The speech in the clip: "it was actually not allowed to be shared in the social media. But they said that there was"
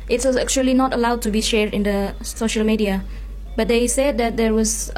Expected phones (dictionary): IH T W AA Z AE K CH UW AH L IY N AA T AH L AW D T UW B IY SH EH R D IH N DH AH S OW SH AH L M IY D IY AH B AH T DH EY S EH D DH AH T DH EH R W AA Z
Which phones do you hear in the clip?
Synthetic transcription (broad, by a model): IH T W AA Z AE K CH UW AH L IY N AA T AH L AW D T UW B IY SH EH R D IH N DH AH S OW SH AH L M IY D IY AH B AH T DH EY S EH D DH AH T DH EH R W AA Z